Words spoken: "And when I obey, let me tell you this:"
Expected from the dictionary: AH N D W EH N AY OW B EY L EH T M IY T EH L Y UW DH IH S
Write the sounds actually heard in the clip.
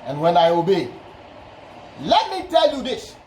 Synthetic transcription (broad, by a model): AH N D W EH N AY OW B EY L EH T M IY T EH L Y UW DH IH S